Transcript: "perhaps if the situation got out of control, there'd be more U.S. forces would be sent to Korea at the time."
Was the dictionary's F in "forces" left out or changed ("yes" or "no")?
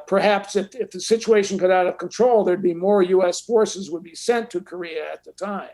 no